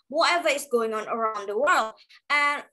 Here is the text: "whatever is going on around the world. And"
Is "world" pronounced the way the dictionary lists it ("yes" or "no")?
yes